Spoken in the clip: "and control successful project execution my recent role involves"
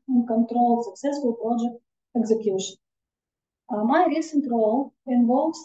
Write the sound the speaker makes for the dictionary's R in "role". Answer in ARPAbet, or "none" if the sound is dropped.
R